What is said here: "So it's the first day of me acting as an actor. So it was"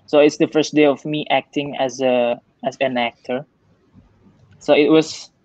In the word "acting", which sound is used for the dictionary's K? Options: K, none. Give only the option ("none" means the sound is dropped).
K